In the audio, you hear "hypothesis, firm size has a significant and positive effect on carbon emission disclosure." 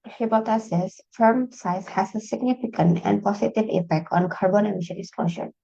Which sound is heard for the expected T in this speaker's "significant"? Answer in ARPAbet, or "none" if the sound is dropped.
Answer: T